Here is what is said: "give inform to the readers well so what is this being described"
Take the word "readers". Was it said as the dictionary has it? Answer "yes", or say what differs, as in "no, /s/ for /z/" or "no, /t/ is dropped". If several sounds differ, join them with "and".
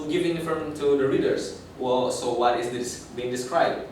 no, /s/ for /z/